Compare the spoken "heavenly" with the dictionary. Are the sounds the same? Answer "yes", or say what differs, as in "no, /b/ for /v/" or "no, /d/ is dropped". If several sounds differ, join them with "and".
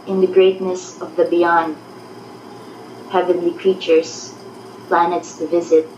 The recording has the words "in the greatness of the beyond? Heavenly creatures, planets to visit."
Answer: yes